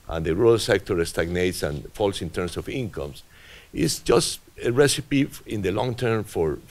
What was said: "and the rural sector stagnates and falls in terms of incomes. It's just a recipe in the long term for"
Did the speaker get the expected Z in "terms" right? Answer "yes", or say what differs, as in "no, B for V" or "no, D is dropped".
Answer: no, S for Z